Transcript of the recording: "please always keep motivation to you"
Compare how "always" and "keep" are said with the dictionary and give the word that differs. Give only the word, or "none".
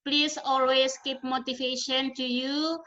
always